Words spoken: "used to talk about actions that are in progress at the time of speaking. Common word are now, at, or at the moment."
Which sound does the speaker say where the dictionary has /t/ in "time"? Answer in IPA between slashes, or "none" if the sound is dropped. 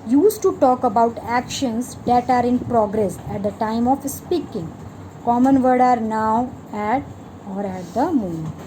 /t/